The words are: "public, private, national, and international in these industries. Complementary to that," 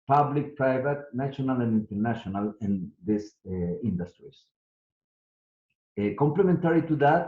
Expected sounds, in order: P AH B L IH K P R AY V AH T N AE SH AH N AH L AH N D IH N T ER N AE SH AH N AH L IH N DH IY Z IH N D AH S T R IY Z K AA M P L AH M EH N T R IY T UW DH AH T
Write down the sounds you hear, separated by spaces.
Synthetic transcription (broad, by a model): P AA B L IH K P R AY V AH T N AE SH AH N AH L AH N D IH N T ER N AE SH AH N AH L IH N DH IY S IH N D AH S T R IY S K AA M P L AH M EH N T R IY T UW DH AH T